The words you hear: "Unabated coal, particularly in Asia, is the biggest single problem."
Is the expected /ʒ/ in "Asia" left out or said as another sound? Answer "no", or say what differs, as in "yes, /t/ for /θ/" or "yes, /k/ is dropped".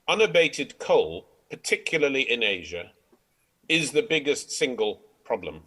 no